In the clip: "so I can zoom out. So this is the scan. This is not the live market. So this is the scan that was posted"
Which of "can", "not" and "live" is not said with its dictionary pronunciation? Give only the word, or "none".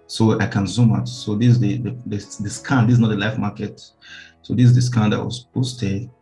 live